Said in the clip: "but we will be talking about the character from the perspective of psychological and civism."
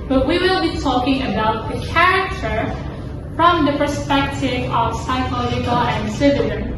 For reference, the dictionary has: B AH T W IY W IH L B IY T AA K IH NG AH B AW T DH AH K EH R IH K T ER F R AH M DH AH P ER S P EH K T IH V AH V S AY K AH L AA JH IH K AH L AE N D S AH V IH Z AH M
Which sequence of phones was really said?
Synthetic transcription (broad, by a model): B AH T W IY W IH L B IY T AA K IH NG AH B AW T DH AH K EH R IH K T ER F R AH M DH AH P ER S P EH K T IH V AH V S AY K AH L AA JH IH K AH L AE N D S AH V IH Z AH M